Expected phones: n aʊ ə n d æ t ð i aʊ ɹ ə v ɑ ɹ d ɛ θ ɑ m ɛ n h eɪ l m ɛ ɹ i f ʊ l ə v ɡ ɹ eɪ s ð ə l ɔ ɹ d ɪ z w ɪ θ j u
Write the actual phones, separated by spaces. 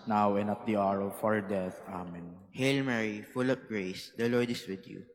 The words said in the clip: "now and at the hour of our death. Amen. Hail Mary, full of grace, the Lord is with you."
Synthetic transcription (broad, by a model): n aʊ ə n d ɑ t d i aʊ ɹ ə f ɑ ɹ d ɛ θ ɑ m ɛ n h eɪ l m ɛ ɹ i f ʊ l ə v ɡ ɹ eɪ s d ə l ɔ ɹ d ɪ s w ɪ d j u